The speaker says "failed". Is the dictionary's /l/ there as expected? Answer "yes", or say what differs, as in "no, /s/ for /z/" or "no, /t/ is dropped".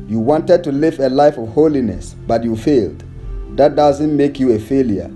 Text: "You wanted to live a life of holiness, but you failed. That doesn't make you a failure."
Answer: yes